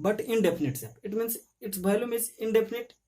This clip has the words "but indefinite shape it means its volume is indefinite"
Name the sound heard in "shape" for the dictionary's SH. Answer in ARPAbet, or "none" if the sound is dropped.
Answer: S